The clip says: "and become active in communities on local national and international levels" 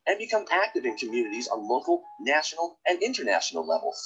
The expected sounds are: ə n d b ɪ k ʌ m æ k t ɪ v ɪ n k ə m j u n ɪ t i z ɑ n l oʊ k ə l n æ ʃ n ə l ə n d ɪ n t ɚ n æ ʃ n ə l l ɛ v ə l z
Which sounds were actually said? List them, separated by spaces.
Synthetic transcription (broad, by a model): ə n b ɪ k ʌ m æ k t ɪ v ɪ n k ə m j u n ɪ t i z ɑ n l oʊ k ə l n æ ʃ n l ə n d ɪ n t ɚ n æ ʃ n l l ɛ v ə l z